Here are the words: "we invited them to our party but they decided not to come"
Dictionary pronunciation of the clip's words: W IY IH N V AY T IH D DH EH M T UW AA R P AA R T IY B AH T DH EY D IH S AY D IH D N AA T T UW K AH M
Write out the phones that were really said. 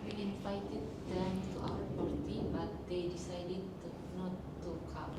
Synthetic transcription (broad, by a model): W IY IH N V AY T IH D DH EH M T UW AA W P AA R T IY B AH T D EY D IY S AY D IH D N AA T T UW K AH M